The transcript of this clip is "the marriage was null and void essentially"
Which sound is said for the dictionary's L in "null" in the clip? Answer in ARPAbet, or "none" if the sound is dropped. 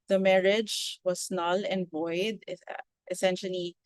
L